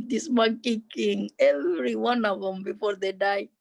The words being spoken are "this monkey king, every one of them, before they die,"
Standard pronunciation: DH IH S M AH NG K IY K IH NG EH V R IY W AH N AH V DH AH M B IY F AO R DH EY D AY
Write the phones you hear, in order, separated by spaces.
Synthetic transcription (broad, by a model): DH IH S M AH K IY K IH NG EH V R IY W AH N AH V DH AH M B IY F AO R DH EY D AY